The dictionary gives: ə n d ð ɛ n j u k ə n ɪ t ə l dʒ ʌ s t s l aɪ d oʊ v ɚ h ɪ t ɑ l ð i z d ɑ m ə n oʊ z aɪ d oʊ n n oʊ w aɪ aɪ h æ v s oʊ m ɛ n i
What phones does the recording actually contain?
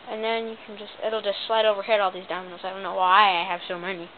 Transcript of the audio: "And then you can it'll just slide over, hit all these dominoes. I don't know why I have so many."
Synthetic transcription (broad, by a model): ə n ð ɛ n j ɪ k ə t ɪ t l dʒ ʌ s t s l aɪ d oʊ v ɚ h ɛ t ɑ l ð i z d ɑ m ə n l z aɪ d oʊ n n oʊ w aɪ aɪ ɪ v s oʊ m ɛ n i